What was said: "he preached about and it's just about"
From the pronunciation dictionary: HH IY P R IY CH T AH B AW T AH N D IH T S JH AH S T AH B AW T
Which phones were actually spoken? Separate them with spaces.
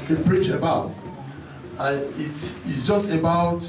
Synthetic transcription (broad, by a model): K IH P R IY CH AH B AW T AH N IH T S JH AH S T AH B AW T